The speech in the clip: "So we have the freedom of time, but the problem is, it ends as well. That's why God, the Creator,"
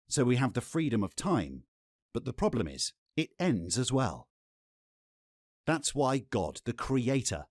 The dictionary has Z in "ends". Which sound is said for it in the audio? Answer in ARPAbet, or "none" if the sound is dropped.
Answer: Z